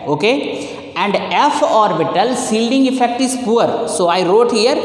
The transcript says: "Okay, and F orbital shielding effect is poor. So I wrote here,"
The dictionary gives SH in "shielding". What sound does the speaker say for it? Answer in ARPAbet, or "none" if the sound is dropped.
S